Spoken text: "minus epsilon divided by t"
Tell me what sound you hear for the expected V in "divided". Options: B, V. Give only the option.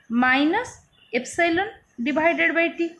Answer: B